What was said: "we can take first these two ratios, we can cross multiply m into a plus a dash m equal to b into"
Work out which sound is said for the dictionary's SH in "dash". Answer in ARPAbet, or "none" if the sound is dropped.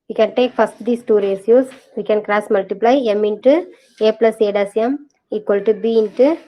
S